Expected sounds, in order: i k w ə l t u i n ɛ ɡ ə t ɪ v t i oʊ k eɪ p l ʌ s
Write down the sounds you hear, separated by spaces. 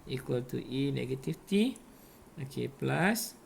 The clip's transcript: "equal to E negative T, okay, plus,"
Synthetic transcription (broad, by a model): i k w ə l t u i n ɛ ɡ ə t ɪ f t i oʊ k eɪ p l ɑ s